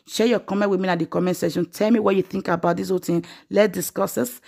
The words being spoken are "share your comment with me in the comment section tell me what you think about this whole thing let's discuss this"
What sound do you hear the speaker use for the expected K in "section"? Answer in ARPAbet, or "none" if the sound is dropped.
none